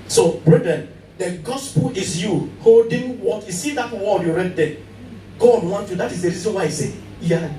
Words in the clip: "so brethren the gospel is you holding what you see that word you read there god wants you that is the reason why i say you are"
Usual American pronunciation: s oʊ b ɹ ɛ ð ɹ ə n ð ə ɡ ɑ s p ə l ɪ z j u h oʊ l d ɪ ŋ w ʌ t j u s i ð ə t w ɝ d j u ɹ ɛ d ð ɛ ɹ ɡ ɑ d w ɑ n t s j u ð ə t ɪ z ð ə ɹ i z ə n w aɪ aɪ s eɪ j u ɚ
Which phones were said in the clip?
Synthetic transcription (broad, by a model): s oʊ b ɹ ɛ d ɹ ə n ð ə ɡ ɑ s p ə l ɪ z j u h oʊ l d ɪ ŋ w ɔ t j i s i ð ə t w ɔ j u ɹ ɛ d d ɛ ɡ ɑ d w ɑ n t j u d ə t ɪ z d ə ɹ i z ə n w aɪ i s eɪ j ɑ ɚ